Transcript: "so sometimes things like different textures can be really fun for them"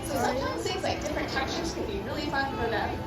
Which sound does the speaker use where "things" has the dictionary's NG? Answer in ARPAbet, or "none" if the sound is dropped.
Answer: none